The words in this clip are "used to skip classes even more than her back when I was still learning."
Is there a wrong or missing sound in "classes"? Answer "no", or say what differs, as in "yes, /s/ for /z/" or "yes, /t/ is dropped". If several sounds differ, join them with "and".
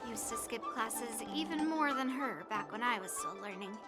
no